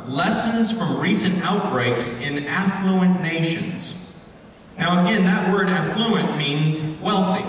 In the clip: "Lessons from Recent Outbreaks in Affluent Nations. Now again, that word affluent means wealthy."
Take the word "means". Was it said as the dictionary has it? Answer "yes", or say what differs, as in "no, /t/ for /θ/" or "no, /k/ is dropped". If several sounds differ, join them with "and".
yes